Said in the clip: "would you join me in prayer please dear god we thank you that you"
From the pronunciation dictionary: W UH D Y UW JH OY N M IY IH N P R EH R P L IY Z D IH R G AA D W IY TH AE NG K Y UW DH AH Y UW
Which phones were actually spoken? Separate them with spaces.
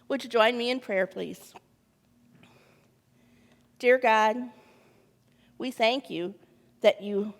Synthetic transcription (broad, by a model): W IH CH JH OY N M IY IH N P R EH R P L IY Z D IH R G AA D W IY TH AE NG K Y UW DH AH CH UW